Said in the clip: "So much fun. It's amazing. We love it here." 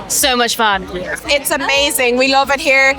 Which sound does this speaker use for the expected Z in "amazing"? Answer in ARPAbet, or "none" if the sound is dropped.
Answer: Z